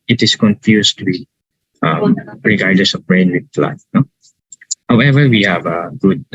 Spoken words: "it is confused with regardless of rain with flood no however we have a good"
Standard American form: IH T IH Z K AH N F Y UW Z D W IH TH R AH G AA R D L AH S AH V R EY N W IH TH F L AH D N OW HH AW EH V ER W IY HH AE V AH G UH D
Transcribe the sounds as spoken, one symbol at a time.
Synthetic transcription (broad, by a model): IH T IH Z K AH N F Y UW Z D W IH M R AH G AA R D L AH S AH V R EY N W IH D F L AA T N OW HH AW EH V ER W IY HH AE V AH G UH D